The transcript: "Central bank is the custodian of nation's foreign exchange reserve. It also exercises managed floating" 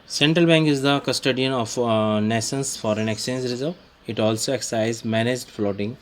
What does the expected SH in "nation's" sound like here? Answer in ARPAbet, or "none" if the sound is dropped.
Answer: S